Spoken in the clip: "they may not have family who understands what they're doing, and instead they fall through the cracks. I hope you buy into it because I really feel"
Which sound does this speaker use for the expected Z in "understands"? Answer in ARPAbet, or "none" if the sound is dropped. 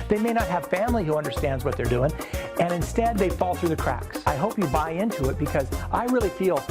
Z